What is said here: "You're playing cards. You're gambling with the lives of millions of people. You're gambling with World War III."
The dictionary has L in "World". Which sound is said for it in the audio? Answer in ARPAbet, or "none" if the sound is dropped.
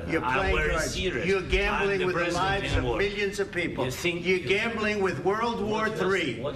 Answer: L